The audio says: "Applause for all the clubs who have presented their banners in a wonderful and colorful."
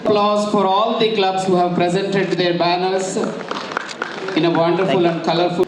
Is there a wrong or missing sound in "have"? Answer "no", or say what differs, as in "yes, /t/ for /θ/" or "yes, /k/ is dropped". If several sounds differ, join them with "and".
no